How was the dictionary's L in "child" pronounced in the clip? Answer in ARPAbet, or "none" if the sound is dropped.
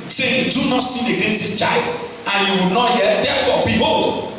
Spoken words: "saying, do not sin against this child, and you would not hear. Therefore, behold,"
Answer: L